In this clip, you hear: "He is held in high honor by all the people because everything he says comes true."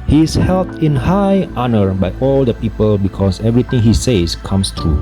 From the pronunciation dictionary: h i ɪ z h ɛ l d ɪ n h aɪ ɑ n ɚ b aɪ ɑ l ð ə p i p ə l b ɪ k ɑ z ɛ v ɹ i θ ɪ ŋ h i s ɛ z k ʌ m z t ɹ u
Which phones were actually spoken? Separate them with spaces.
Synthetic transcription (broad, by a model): h i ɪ s h ɛ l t ɪ n h aɪ ɑ n ɚ b aɪ ɑ l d ə p i p ə l b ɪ k ɑ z ɛ v ɹ i t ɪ ŋ h i s ɛ s k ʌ m s t ɹ u